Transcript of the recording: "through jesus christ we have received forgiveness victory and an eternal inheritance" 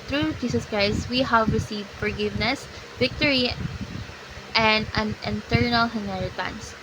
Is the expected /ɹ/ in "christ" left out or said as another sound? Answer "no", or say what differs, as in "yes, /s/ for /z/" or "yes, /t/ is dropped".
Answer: no